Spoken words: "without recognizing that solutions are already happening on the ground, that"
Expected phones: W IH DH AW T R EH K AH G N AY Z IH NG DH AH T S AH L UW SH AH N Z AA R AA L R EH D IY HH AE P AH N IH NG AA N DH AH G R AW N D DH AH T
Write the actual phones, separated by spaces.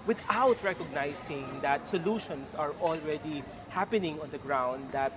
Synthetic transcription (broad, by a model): W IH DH AW T R EH K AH G N AY S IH NG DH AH T S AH L UW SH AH N S AA R AA L R EH D IY HH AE P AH N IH NG AA N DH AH G R AW N D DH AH T